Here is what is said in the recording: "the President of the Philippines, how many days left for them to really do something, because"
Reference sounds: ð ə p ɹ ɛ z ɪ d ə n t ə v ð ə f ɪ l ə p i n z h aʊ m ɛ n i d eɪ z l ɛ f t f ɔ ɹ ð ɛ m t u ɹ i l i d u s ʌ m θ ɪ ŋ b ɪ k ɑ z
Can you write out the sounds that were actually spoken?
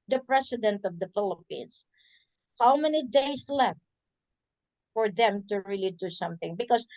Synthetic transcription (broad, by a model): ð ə p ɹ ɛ s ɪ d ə n t ə v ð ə f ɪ l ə p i n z h aʊ m ɛ n i d eɪ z l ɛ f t f ɔ ɹ ð ɛ m t u ɹ i l i d u s ʌ m θ ɪ ŋ b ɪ k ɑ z